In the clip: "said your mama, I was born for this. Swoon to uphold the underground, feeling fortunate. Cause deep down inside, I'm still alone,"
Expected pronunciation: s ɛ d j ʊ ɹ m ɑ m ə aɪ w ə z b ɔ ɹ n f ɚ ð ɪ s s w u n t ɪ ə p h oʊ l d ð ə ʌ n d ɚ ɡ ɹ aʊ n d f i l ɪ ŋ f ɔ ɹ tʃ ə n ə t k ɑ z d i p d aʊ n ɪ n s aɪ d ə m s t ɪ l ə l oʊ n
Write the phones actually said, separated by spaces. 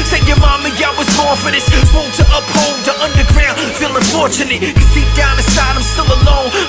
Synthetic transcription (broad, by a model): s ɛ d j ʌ ɹ m ɑ m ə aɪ w ə z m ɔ ɹ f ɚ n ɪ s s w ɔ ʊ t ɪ ə p h oʊ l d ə ʌ n d ɚ ɡ ɹ aʊ n d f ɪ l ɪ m f ɔ ɹ tʃ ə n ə t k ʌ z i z d aʊ n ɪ s aɪ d ə m s t ɪ l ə l oʊ n